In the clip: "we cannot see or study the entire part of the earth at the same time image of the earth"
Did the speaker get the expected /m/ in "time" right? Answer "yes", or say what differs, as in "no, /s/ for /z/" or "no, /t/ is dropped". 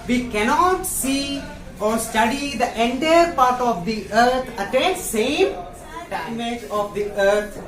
no, /m/ is dropped